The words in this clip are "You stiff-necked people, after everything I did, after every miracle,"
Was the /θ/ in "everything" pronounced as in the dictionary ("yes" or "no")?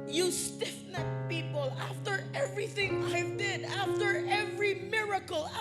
yes